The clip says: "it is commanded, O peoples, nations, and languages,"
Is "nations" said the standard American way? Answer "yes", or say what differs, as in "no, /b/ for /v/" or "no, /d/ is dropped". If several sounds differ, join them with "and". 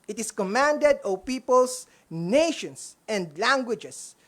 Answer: no, /s/ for /z/